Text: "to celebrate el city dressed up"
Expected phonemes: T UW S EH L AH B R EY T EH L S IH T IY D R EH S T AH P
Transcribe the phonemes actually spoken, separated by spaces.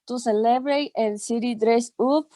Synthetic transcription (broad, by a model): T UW S EH L AH B R EY T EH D S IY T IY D R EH S UW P